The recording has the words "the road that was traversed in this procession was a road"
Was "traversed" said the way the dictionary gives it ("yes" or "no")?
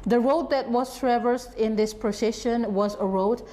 yes